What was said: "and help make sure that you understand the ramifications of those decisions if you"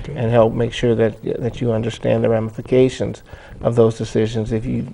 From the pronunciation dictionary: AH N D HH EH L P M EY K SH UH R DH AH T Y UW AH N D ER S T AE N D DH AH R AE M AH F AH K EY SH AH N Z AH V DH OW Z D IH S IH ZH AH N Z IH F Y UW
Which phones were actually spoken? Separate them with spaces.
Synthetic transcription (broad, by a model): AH N HH EH L P M EY K SH UH R DH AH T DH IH AH N D ER S T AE N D DH AH R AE M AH F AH K EY SH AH N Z AH V DH OW Z D IH S IH ZH AH N Z IH F Y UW